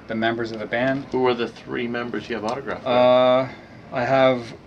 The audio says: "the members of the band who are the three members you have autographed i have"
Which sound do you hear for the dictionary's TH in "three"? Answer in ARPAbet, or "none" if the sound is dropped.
TH